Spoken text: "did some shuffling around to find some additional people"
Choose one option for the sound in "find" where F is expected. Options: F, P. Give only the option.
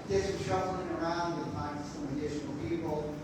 P